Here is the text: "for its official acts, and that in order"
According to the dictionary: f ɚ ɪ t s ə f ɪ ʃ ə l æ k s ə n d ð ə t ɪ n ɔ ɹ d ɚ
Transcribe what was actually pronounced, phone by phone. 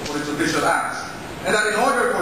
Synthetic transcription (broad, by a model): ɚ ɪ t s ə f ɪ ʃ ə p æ s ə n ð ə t ɪ n ɔ ɹ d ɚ